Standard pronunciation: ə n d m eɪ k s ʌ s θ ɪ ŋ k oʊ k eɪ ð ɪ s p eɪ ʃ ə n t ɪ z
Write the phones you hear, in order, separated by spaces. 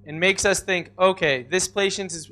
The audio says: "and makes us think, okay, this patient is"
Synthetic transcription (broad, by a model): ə n m eɪ k s ʌ s θ ɪ ŋ k oʊ k eɪ ð ɪ s p eɪ ʃ ə n t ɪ z